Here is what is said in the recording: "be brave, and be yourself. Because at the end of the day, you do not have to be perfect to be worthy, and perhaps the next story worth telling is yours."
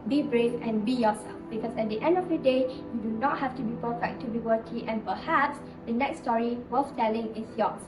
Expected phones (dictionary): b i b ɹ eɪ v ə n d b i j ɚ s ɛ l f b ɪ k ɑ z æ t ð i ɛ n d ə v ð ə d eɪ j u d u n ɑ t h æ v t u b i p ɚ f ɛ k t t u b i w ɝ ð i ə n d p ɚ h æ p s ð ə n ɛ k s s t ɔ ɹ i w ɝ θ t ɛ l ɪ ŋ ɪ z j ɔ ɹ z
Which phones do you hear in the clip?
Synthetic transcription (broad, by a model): b i b ɹ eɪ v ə n b i j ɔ s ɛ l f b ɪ k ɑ s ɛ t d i ɛ n d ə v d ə d eɪ j u d u n ɑ t h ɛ f t u b i p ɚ f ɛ k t t u b i w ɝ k i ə n p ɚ h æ p s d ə n ɛ k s s t ɔ ɹ i w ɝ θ t ɛ l ɪ ŋ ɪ s j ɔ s